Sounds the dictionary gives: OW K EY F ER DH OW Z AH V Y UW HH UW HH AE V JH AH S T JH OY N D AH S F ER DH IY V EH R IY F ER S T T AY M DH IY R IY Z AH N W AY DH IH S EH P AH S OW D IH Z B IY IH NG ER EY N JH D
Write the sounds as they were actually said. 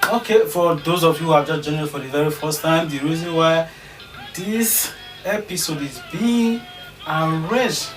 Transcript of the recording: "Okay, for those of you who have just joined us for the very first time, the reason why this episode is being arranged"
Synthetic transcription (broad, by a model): OW K EY F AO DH OW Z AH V Y UW HH UW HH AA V JH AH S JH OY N AH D F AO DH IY V EH R IY F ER S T T AY M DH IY R IY Z AH N W AY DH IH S EH P AH S OW D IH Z B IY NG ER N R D